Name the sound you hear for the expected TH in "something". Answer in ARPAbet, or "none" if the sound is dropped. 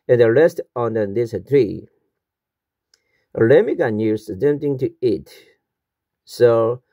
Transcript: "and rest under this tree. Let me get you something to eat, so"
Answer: T